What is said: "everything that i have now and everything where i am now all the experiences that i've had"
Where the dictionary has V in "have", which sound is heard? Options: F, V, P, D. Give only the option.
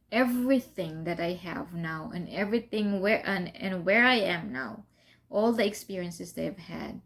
V